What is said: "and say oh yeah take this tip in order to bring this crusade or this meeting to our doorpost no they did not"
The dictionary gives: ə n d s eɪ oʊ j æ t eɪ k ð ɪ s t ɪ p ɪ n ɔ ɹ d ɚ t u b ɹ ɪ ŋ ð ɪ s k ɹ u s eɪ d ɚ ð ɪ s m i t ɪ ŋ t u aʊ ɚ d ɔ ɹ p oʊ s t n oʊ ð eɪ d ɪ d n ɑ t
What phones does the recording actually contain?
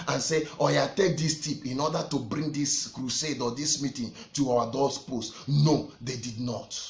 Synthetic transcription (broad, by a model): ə n s eɪ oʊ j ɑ t eɪ k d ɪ s t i p ɪ n ɔ d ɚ t u b ɹ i ŋ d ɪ s k ɹ u s eɪ d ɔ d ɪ s m i t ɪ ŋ t u aʊ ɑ d ɔ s p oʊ s t n oʊ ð eɪ d ɪ d n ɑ t